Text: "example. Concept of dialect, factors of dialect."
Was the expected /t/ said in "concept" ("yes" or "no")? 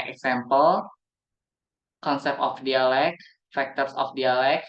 no